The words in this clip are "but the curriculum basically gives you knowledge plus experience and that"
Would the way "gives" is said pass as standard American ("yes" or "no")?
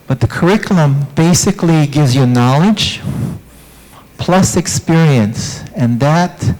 yes